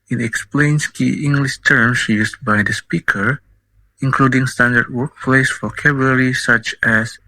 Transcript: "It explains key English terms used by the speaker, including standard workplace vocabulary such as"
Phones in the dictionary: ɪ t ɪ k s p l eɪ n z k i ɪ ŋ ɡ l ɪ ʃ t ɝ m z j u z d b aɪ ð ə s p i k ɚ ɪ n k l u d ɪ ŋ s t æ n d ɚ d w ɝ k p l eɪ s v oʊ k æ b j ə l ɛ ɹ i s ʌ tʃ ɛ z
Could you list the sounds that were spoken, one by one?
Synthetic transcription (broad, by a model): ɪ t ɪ k s p l eɪ n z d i ɪ ŋ ɡ l ɪ ʃ t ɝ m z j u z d b aɪ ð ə s p i k ɚ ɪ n k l u d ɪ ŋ s t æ n d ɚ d w ɝ k p l eɪ s f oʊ k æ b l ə ɹ i s ʌ tʃ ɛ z